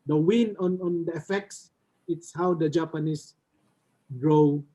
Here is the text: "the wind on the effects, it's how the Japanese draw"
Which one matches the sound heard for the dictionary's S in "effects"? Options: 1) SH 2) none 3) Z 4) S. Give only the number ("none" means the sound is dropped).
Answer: 4